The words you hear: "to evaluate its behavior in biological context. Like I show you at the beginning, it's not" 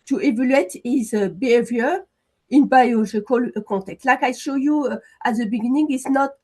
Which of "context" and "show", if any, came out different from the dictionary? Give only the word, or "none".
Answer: context